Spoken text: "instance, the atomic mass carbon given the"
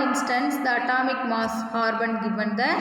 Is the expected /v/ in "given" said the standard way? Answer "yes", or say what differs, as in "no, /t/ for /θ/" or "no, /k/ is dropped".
no, /b/ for /v/